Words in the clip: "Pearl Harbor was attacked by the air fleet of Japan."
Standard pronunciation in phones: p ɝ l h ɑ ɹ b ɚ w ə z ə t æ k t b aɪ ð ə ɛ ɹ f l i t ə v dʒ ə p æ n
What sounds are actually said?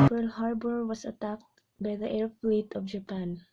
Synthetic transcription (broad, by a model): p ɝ l h ɑ ɹ b ɚ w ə s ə t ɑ k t b aɪ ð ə ɛ ɹ f l i t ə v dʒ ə p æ n